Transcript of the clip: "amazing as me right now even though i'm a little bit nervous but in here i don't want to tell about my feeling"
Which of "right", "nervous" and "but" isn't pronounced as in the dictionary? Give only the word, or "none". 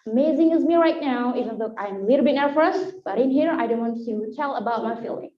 nervous